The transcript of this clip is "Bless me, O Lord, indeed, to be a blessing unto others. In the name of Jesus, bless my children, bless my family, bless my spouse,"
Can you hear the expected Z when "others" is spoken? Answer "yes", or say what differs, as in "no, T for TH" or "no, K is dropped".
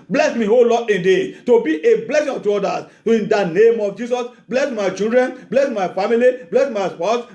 no, S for Z